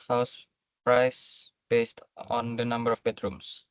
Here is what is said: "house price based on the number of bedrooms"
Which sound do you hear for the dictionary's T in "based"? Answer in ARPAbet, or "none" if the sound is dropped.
T